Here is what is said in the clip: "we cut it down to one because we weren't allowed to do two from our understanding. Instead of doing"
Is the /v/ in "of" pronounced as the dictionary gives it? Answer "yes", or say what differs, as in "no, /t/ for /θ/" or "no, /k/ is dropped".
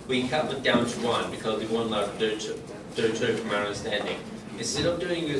no, /p/ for /v/